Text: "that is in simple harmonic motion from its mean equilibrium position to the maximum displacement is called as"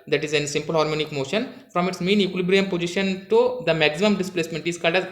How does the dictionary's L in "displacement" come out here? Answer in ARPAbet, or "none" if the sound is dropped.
L